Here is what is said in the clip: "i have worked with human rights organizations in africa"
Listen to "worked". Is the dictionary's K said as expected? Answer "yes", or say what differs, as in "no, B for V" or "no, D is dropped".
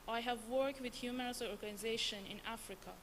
yes